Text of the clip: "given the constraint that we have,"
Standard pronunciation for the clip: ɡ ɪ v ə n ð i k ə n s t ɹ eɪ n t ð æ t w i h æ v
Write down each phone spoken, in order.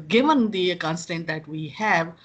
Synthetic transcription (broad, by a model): ɡ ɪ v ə n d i k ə n s t eɪ n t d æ t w i h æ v